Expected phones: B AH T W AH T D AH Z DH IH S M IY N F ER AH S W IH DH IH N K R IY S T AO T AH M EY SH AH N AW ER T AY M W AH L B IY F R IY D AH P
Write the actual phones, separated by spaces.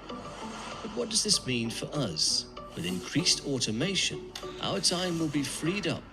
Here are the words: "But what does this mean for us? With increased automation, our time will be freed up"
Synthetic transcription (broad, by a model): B AH T W AH T D AH Z DH IH S M IY N F ER AH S W IH DH IH N K R IY S T AO T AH M EY SH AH N AW ER T AY M W AH L B IY F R IY D AH P